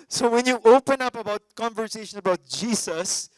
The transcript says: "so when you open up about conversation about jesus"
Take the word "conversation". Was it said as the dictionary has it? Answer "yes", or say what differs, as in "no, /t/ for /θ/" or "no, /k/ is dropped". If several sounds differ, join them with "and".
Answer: yes